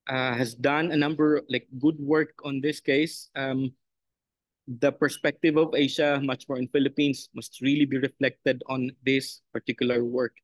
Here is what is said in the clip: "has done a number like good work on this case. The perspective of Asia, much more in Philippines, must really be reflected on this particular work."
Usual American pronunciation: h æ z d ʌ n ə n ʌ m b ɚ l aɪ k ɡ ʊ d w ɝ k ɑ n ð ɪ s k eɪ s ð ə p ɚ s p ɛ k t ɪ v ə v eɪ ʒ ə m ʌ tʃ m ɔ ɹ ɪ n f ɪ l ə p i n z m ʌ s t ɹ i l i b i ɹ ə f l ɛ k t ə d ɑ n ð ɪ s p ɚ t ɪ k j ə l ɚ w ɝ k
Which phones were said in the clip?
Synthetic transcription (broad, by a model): h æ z d ʌ n ə n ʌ m b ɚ l aɪ k ɡ ʊ d w ɝ k ɑ n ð ɪ s k eɪ s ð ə p ɚ s p ɛ k t ɪ v ə v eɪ ʃ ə m ʌ tʃ m ɔ ɹ ɪ n f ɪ l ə p i n s m ʌ s t ɹ i l i b i ɹ ə f l ɛ k t ə d ɑ n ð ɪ s p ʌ t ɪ k j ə l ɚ w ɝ k